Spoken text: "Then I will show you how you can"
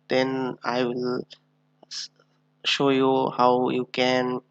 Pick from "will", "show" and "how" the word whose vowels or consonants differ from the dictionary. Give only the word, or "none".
none